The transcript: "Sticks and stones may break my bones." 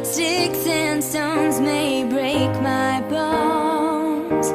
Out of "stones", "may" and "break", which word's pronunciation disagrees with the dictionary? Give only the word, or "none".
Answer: none